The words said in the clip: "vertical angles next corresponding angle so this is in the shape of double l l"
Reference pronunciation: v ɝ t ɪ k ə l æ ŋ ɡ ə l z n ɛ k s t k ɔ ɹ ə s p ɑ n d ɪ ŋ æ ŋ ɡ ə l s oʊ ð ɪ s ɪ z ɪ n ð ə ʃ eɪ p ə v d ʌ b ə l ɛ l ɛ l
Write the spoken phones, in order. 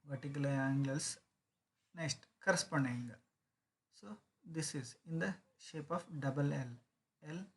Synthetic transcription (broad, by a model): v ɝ t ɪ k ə l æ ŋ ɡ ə l s n ɛ k s t k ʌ ɹ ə s p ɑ n d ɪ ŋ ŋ ɡ s oʊ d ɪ s ɪ z ɪ n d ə ʃ eɪ p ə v d ʌ b ə l ɛ l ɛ l